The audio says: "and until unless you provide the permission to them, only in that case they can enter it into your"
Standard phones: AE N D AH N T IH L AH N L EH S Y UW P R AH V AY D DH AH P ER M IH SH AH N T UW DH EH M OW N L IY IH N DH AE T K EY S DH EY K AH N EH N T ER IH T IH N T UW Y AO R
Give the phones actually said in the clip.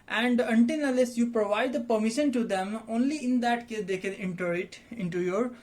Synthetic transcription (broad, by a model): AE N D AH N T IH N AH L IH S Y UW P R AH V AY D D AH P ER M IH SH AH N T UW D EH M OW N L IY IH N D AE T K EY S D EY K AH N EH N T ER IH T IH N T UW Y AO R